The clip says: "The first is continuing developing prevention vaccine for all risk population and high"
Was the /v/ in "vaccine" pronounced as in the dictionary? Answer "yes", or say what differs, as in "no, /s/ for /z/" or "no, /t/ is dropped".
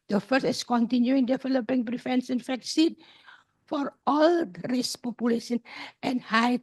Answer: no, /f/ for /v/